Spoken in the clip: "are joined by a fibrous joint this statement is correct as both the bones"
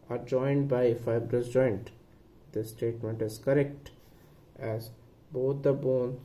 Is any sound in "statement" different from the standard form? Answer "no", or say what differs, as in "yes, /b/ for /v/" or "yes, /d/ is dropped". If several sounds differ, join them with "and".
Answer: no